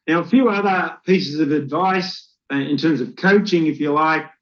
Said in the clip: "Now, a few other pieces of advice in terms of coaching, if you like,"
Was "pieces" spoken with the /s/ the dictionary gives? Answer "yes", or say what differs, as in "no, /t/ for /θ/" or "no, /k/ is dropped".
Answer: yes